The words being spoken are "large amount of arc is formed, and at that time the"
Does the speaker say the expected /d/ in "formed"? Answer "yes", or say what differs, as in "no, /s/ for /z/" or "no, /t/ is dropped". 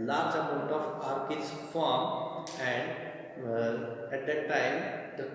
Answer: no, /d/ is dropped